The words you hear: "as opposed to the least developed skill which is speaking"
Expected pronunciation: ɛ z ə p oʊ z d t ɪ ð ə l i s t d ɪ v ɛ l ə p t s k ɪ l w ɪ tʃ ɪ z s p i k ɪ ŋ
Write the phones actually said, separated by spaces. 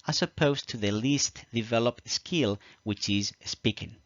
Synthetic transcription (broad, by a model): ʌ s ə p oʊ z t ɪ ð ə l i s t d ɪ v ɛ l ə p t s k ɪ l w ɪ tʃ ɪ z s p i k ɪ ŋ